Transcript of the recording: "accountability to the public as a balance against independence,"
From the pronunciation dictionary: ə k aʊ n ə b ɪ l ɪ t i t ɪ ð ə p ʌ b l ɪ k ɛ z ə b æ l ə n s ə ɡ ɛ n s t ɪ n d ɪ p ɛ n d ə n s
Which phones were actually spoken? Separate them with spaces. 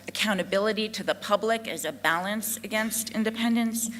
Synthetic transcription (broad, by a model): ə k aʊ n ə b ɪ l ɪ t i t ɪ ð ə p ʌ b l ɪ k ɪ z ə b æ l ə n s ə ɡ ɛ n s t ɪ n d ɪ p ɛ n d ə n s